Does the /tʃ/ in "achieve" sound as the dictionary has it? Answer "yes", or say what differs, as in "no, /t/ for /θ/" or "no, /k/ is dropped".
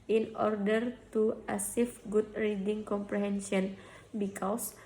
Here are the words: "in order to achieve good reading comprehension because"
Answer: no, /s/ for /tʃ/